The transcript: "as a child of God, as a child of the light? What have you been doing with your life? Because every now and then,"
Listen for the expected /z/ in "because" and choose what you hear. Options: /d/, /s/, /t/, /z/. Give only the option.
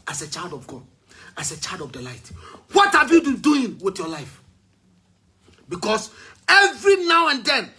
/s/